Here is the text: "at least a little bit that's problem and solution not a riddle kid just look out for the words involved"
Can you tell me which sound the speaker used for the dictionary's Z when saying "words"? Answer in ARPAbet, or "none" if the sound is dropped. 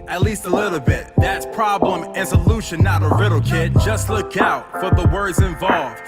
Z